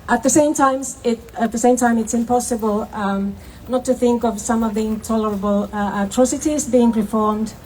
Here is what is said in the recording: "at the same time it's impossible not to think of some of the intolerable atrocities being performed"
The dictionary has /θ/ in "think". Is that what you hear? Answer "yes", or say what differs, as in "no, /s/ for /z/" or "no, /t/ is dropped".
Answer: yes